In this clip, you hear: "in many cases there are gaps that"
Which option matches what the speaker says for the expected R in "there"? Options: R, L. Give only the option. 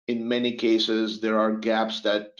R